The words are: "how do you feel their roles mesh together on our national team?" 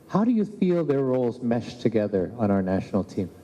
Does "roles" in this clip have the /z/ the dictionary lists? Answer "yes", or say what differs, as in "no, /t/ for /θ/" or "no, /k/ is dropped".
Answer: yes